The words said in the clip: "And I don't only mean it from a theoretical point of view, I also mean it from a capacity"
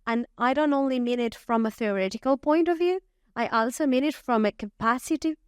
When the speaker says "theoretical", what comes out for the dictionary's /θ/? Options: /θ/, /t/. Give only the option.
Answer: /θ/